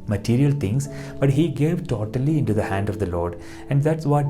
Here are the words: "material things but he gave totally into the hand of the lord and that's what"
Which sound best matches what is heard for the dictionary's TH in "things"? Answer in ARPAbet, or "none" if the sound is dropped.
T